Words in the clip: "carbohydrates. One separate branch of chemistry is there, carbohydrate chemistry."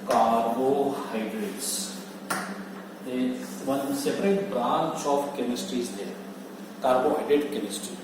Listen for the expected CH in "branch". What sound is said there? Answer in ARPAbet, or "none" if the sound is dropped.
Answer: S